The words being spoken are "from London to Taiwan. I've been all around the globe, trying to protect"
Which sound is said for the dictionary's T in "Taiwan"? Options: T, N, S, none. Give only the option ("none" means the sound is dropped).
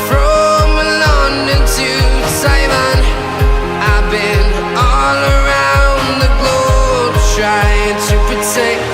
S